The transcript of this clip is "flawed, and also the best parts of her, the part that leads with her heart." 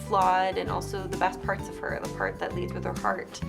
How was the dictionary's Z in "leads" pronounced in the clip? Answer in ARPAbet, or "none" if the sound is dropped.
Z